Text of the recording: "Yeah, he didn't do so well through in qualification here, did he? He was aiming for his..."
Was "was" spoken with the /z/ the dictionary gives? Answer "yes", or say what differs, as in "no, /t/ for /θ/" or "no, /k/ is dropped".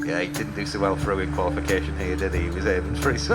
yes